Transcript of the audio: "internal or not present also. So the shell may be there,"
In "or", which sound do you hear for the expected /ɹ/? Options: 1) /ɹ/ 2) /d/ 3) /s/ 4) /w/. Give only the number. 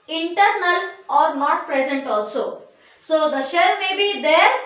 1